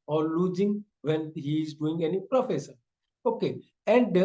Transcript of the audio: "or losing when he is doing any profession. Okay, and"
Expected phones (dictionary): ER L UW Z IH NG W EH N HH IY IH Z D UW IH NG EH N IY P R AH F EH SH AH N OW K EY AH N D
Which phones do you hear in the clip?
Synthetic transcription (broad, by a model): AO L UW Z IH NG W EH N HH IY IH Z D UW IH NG EH N IY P R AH F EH S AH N OW K EY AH N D